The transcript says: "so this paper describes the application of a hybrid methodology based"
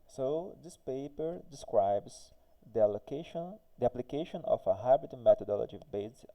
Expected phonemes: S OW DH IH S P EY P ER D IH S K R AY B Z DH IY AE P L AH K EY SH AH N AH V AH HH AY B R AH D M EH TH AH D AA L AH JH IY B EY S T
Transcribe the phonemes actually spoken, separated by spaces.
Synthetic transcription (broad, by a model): S OW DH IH S P EY P ER D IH S K R AY B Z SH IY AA P L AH K EY SH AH N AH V AH HH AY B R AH M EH T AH D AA L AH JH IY B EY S